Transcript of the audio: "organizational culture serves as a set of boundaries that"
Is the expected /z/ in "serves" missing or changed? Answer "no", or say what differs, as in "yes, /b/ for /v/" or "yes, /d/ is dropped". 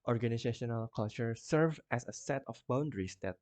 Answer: yes, /z/ is dropped